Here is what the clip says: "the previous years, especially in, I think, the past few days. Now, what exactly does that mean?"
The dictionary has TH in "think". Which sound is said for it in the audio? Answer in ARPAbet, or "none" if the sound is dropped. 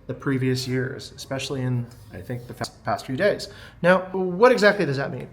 TH